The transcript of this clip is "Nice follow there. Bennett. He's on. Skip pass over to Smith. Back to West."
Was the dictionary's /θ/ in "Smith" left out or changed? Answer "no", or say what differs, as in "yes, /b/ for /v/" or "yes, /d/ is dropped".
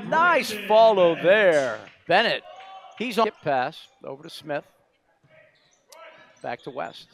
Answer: no